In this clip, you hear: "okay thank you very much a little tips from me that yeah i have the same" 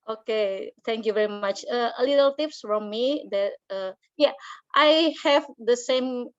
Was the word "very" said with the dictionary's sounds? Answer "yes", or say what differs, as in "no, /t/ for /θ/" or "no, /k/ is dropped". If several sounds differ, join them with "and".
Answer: yes